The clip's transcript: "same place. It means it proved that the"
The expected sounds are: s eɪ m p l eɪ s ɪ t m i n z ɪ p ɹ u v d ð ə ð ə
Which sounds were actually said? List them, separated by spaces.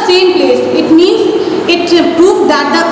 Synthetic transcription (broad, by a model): s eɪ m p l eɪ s ɪ t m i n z ɪ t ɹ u p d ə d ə